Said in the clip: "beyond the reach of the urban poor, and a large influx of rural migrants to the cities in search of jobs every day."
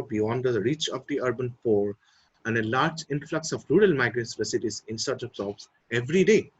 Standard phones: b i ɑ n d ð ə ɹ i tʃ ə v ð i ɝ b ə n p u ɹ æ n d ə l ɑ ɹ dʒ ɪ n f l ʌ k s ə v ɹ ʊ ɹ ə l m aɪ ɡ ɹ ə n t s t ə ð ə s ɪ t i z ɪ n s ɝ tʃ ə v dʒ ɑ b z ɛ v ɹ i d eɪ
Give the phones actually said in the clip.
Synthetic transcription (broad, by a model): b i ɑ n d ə ɹ i tʃ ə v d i ɝ b ə n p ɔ ɹ æ n d ə l ɑ ɹ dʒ ɪ n f l ʌ k s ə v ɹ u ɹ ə l m aɪ ɡ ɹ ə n s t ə s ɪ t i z ɪ n s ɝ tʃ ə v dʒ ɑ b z ɛ v ɹ i d eɪ